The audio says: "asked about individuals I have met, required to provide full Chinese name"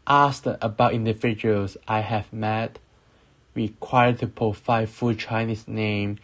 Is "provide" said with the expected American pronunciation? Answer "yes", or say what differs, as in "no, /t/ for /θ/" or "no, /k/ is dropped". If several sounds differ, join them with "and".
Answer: no, /ɹ/ is dropped and /f/ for /v/